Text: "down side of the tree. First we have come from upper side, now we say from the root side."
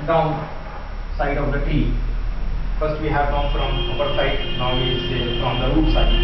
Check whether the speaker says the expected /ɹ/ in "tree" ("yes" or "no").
no